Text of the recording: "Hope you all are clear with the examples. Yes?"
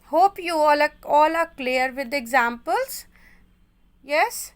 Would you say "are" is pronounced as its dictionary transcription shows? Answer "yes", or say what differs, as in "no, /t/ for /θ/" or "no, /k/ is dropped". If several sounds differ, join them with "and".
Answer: no, /l/ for /ɹ/